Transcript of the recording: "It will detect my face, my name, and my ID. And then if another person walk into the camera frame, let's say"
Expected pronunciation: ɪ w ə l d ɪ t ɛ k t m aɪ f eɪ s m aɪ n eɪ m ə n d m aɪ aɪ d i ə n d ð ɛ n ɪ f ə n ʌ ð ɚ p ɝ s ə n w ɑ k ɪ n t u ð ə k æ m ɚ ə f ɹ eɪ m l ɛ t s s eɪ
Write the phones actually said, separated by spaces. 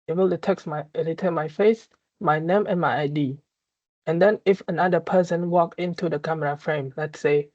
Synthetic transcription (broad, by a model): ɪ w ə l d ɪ t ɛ k t m aɪ f eɪ s m aɪ n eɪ m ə n m aɪ aɪ d i ə n d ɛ n ɪ f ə n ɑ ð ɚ p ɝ s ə n w ɑ k ɪ n t u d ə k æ m ɚ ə f ɹ eɪ m l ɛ t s s eɪ